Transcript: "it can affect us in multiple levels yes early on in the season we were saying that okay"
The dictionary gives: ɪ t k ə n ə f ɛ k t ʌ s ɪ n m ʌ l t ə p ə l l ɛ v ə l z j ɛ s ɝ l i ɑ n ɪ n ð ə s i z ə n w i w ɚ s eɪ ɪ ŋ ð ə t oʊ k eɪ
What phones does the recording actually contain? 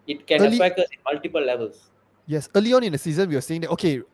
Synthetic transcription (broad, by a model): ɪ t k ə l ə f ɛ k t ʌ s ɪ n m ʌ l t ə p ə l l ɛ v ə l s j ɛ s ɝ l i ɑ n ɪ n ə s i z ə n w i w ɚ s eɪ ɪ ŋ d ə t oʊ k eɪ